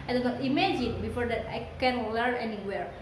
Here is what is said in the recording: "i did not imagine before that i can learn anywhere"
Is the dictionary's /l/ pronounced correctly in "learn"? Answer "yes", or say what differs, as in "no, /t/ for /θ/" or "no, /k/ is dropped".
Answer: no, /w/ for /l/